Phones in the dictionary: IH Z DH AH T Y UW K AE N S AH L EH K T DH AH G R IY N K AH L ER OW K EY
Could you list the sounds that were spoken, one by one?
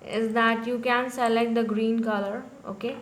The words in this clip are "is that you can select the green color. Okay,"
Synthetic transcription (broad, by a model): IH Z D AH T Y UW K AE N S AH L EH K T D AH G R IY N K AH L ER OW K EY